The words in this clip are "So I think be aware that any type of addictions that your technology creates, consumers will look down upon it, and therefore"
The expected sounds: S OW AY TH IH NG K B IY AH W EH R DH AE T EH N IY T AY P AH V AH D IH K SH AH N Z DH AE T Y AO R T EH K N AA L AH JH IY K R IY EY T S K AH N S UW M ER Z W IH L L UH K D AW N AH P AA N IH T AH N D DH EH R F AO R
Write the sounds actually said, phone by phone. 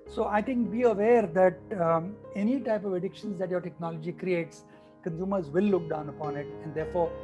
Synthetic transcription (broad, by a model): S OW AY T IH NG K B IY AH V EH R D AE T EH N IY T AY P AH V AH D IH K SH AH N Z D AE T Y AO R T EH K N AA L AH JH IY K R IY EY T S K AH N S UW M ER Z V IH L L UH K D AW N AH P AA N IH T AH N D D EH R F AO R